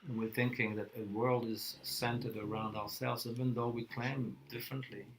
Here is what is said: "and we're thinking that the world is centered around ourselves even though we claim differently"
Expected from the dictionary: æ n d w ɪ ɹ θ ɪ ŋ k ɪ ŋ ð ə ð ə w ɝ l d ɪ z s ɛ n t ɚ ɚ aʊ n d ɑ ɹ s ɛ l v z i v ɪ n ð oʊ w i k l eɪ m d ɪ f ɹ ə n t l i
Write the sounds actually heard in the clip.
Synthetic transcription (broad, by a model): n w ɪ ɹ θ ɪ ŋ k ɪ ŋ ð ə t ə w ɝ l d ɪ z s ɛ n t ɚ ɚ aʊ n d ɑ ɹ s ɛ l v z i v ɪ n ð oʊ w i k l eɪ m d ɪ f ɹ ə n t l i